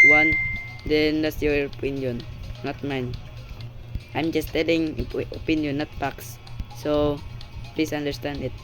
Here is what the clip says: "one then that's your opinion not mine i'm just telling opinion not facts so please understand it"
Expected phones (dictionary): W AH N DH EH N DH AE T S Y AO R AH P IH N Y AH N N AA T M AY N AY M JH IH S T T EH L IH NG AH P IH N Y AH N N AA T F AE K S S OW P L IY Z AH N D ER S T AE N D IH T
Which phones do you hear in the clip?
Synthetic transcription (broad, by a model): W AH N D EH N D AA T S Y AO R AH P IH N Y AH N N AA T M AY N AY M JH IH S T T EH L IH NG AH P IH N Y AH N N AA T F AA K S S OW P L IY S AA N D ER S T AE N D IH T